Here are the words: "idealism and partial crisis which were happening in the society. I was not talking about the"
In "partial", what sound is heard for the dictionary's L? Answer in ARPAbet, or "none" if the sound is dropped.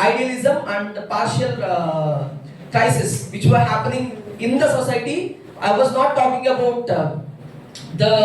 L